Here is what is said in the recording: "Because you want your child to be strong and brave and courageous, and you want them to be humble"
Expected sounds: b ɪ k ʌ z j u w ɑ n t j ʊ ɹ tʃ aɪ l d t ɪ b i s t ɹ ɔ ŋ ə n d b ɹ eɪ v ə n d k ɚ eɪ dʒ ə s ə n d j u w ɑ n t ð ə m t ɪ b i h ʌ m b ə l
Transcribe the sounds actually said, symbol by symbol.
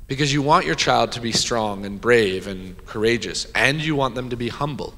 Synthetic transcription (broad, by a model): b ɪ k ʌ z j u w ɑ n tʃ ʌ ɹ tʃ aɪ l d t ɪ b i s t ɹ ɔ ŋ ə n b ɹ eɪ v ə n k ɚ eɪ dʒ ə s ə n j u w ɑ n ð ə m t ɪ b i h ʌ m b l